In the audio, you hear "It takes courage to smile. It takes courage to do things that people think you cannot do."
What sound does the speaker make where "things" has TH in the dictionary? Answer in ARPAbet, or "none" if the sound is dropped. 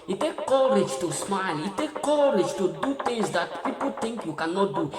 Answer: T